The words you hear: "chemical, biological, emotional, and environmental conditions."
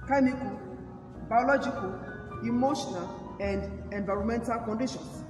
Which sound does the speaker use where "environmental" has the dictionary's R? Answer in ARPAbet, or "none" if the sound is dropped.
R